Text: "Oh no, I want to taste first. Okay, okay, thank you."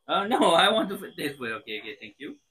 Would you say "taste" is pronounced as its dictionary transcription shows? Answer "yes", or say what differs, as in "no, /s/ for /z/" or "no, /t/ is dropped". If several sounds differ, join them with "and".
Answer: no, /s/ is dropped